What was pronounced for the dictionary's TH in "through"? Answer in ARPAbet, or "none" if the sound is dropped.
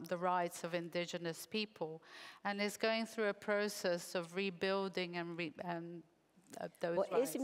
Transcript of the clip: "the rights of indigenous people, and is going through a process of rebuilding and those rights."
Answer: TH